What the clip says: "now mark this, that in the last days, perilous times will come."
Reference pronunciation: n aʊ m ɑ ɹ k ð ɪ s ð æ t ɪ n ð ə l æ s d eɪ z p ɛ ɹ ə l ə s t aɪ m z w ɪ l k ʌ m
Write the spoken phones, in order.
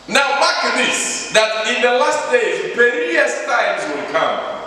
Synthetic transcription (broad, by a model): n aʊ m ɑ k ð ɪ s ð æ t ɪ n ð ə l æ s d eɪ z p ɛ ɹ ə ə s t aɪ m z w ɪ l k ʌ m